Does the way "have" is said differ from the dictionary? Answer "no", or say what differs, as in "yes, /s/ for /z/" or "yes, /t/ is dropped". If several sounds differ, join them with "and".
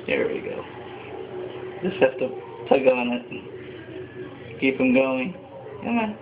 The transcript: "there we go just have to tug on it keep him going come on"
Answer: yes, /f/ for /v/